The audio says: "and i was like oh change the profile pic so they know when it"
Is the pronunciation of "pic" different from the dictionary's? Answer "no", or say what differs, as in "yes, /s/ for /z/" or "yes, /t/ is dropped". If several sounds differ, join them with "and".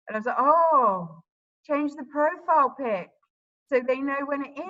no